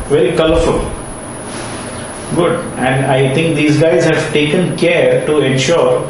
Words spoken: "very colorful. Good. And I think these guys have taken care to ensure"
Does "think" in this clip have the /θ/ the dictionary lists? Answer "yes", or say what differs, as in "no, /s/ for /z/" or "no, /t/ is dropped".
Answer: no, /t/ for /θ/